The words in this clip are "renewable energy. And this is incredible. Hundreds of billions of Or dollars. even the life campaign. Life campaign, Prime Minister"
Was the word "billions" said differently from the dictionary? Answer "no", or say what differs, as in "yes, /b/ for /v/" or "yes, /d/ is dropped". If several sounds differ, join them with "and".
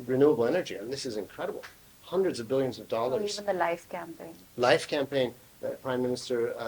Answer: no